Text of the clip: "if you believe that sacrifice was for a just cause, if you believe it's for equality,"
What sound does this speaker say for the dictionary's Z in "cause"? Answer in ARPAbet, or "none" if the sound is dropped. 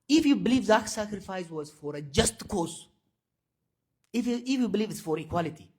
S